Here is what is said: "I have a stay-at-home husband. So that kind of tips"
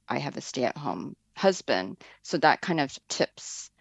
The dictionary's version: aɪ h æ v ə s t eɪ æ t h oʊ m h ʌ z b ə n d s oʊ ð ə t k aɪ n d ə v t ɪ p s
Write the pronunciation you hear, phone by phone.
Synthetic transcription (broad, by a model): aɪ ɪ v ə s t eɪ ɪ t h oʊ m h ʌ z b ə n d s oʊ ð ə t k aɪ n d ə v t ɪ p s